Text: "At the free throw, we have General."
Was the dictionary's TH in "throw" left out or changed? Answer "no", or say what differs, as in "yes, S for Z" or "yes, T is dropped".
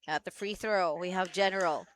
no